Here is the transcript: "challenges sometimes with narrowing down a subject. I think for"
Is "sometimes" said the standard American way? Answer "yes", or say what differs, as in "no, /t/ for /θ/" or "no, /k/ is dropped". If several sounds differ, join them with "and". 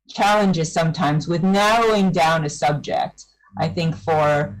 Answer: yes